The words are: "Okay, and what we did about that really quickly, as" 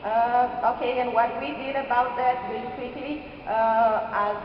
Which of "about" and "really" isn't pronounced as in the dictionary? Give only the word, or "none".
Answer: really